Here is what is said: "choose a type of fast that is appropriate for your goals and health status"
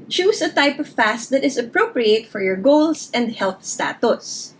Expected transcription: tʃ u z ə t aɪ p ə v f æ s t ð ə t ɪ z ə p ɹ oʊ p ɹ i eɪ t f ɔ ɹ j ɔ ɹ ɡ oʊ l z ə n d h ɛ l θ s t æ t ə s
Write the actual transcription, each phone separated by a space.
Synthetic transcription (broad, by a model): tʃ u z ə t aɪ p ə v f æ s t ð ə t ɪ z ə p ɹ oʊ p ɹ i eɪ t f ɔ ɹ j ɔ ɹ ɡ oʊ l s ə n d h ɛ l θ s t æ t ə s